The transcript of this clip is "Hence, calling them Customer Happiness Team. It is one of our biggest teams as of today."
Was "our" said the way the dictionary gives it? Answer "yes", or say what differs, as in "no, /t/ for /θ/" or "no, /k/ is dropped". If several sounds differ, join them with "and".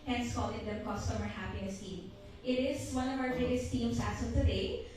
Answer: no, /w/ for /ɹ/